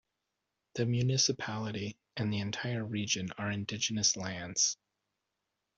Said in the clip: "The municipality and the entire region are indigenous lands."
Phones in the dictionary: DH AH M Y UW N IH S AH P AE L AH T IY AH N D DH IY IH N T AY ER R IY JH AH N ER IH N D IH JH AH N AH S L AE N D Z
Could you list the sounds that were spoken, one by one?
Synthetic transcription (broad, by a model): DH AH M Y UW N IH S AH P AE L AH T IY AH N DH IY IH N T AY ER R IY JH AH N ER IH N D IH JH AH N AH S L AE N D Z